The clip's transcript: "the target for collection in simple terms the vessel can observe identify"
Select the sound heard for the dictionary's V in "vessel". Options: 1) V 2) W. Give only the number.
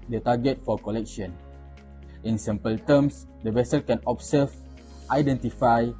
1